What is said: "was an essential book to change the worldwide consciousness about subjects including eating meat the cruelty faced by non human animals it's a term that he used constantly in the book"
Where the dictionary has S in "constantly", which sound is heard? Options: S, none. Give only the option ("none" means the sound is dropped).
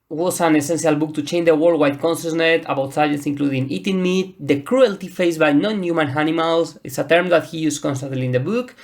S